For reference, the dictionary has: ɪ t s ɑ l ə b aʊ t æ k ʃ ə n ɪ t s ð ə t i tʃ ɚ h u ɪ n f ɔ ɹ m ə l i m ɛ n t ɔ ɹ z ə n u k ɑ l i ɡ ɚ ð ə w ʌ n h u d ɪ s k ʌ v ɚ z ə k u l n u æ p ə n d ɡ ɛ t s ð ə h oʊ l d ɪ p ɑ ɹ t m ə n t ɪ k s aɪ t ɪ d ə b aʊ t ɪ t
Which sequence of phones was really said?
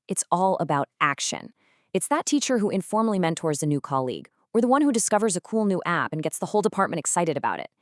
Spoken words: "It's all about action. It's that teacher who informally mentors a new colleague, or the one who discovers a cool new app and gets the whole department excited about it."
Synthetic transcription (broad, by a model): ɪ t s ɑ l ə b aʊ t æ k ʃ ə n ɪ t s ð ə t i tʃ ɚ h u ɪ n f ɔ ɹ m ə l i m ɛ n t ɔ ɹ z ə n u k ɑ l i ɡ ɚ ð ə w ʌ n h u d ɪ s k ʌ v ɚ z ə k u l n u æ p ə n ɡ ɛ t s ð ə h oʊ l d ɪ p ɑ ɹ t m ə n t ɪ k s aɪ t ɪ d ə b aʊ t ɪ t